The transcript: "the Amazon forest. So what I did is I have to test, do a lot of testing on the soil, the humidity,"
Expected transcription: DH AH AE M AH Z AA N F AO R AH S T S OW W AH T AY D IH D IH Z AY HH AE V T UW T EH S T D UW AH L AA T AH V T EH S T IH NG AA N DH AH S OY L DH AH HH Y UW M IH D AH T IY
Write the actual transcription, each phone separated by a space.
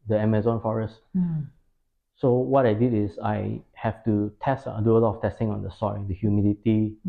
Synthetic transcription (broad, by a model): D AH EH M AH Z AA N F AO R AH S T S OW W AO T AY D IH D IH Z AY HH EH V T UW T EH S T D UW AH L AA T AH F T EH S T IH NG AA N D AH S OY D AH HH Y UW M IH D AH T IY